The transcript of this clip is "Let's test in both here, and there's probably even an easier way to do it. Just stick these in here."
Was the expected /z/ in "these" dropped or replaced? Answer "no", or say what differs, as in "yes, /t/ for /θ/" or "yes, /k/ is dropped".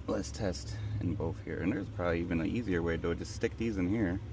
no